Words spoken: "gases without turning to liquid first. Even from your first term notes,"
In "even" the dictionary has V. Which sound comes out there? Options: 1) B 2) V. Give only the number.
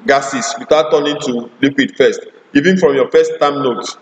2